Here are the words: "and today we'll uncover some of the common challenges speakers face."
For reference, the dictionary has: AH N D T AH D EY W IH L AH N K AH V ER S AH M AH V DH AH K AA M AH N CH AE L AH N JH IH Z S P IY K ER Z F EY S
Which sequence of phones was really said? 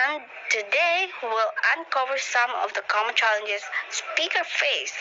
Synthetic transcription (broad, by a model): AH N T AH D EY W IH L AH N K AH V ER S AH M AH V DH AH K AA M AH N CH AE L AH N JH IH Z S P IY K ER F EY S